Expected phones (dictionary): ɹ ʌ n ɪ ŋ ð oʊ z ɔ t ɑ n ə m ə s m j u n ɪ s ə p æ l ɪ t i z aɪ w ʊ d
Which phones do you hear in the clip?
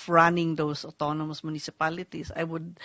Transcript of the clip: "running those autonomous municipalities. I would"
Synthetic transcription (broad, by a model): ɹ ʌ n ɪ ŋ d oʊ s ɔ t ɑ n ə m ə s m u n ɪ s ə p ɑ l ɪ t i s aɪ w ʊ d